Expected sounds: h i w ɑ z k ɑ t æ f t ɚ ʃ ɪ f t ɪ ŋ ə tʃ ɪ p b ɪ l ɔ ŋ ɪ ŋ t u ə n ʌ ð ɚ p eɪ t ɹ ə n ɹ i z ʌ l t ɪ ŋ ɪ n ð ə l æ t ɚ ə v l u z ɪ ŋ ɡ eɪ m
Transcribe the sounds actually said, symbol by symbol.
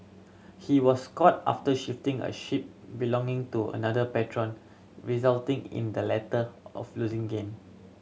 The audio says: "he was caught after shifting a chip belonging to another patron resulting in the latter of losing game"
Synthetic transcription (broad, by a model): h i w ɑ s k ɑ t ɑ f t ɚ ʃ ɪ f t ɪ ŋ ə ʃ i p b ɪ l ɔ ŋ ɪ ŋ t u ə n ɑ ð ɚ p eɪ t ɹ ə n ɹ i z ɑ l t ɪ ŋ ɪ n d ə l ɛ t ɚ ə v l u z ɪ ŋ ɡ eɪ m